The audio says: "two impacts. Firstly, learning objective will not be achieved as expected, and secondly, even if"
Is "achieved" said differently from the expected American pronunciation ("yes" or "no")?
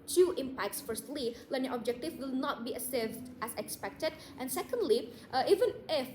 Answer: yes